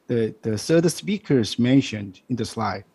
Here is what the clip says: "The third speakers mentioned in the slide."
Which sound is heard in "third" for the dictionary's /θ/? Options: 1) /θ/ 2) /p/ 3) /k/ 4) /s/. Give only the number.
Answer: 4